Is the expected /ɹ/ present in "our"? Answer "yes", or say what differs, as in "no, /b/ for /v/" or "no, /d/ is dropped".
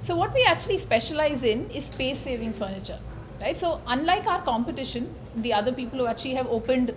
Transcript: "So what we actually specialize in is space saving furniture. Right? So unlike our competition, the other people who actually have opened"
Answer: yes